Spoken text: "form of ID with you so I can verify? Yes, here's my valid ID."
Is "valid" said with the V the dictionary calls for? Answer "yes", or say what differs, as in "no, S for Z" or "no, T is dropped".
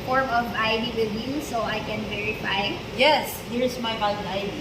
no, B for V